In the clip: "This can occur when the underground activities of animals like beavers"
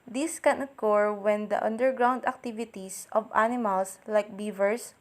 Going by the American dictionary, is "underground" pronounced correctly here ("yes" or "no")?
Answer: yes